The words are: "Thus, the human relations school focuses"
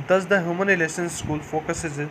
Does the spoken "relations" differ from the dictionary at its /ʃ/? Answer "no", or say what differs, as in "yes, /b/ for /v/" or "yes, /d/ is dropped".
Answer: yes, /s/ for /ʃ/